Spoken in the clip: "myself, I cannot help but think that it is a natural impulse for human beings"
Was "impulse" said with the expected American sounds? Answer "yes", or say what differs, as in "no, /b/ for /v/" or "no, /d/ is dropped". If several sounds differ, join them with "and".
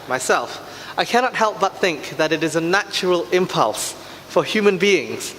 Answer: yes